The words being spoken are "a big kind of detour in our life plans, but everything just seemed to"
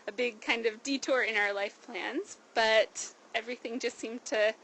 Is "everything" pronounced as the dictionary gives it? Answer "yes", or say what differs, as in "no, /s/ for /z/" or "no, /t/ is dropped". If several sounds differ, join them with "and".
yes